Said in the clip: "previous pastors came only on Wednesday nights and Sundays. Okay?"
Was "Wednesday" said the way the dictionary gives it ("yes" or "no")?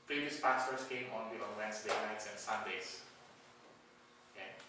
no